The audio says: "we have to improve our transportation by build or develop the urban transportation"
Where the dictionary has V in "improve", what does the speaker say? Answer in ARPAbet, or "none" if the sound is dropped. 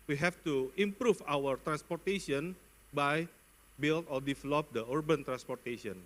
F